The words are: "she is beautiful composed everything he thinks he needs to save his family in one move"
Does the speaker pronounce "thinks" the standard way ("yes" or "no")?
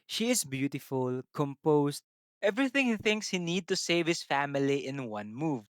yes